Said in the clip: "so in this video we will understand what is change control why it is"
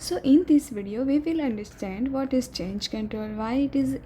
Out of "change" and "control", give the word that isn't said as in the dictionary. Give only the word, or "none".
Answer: control